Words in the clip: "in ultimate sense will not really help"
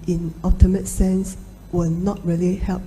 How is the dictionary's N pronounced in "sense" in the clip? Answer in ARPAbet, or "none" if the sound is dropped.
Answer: N